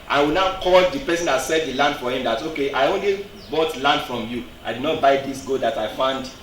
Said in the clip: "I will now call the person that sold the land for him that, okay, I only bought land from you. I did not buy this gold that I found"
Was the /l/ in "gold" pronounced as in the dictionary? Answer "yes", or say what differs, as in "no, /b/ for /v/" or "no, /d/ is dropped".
no, /l/ is dropped